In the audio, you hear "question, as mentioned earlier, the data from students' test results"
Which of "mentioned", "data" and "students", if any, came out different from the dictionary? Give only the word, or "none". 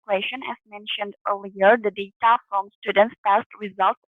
none